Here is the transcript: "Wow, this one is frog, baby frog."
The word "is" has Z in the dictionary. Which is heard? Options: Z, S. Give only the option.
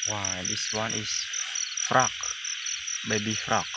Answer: S